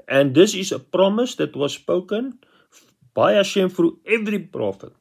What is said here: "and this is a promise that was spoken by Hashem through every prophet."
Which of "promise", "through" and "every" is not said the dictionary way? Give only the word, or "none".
through